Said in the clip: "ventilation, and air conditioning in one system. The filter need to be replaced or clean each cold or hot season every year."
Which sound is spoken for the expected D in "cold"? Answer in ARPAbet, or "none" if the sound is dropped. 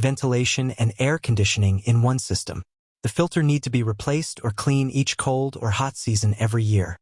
D